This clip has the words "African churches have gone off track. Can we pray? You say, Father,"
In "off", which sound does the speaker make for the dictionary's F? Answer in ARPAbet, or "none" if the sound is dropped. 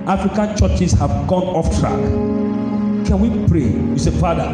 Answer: F